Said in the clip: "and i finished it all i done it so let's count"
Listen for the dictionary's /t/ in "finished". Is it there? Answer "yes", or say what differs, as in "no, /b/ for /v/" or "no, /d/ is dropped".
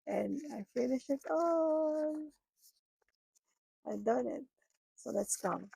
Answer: no, /t/ is dropped